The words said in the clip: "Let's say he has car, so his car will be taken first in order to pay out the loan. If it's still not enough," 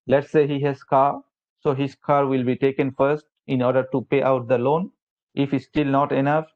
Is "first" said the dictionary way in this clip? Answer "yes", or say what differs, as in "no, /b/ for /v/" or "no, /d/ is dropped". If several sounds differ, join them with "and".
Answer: yes